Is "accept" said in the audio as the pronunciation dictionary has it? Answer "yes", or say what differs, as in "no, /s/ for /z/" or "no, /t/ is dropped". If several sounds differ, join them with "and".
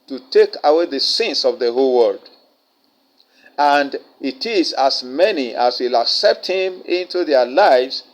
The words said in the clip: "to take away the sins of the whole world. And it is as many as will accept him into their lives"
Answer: yes